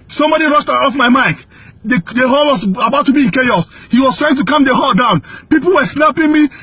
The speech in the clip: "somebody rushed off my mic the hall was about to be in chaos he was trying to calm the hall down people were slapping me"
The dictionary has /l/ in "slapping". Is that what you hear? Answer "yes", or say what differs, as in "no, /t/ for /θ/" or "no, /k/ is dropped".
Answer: no, /n/ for /l/